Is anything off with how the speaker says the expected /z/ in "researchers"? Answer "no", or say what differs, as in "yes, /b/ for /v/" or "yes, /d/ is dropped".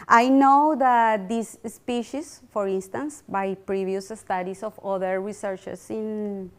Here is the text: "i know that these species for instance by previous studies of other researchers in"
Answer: yes, /s/ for /z/